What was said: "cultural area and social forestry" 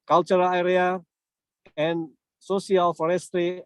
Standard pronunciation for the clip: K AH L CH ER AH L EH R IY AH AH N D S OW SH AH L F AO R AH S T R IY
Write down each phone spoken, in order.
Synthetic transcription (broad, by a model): K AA L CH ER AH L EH R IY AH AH N S OW S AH L F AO R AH S T R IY